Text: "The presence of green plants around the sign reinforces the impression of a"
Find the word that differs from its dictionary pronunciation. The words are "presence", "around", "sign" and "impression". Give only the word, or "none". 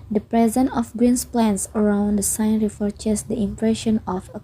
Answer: presence